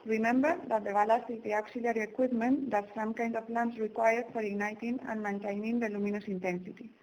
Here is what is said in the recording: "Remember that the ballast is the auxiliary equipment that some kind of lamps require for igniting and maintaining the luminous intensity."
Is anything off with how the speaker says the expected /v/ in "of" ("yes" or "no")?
yes